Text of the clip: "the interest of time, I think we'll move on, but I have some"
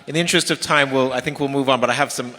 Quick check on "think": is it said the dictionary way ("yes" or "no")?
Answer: yes